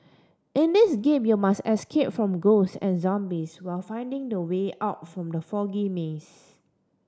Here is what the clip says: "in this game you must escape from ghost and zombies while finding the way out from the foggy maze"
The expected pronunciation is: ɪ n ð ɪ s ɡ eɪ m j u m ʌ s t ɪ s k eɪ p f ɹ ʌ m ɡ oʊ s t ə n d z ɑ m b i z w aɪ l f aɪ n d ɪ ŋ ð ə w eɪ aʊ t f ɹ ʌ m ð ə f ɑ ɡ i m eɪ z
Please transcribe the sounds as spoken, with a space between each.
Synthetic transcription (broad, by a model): ɪ n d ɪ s ɡ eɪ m j u m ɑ s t ɪ s k eɪ p f ɹ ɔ m ɡ oʊ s ə n z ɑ m b i s w aɪ l f aɪ n d ɪ ŋ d ə w eɪ aʊ t f ɹ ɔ m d ə f ɑ ɡ i m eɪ s